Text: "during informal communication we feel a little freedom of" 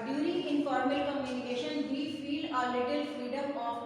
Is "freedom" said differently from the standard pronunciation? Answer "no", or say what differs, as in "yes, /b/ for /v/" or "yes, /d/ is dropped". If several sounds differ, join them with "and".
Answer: no